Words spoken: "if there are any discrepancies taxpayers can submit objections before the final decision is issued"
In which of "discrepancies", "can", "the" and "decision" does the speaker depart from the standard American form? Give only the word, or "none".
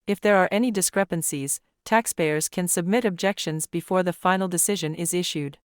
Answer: none